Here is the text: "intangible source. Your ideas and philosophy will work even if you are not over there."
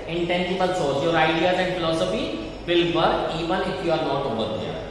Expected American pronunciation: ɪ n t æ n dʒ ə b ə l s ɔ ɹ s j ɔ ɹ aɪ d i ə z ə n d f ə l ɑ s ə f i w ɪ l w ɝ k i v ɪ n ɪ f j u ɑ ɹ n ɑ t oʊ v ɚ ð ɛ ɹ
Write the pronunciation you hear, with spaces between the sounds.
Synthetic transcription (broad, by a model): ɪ n t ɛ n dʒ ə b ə l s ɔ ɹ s j ɔ ɹ aɪ d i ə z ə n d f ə l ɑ s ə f i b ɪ l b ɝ i v ɪ n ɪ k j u ɑ ɹ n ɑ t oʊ b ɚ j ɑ